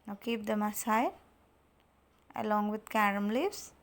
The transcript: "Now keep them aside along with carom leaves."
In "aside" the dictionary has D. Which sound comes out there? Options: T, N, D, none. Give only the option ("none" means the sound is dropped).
none